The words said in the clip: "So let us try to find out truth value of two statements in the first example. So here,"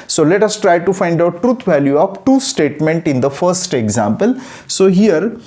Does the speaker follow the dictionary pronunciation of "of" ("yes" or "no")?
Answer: no